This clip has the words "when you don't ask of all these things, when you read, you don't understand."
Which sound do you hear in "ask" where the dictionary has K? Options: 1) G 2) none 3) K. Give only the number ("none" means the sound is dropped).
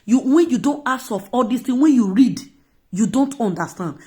2